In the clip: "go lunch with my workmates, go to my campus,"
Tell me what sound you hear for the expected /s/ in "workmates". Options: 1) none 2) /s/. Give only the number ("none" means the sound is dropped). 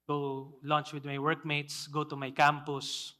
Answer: 2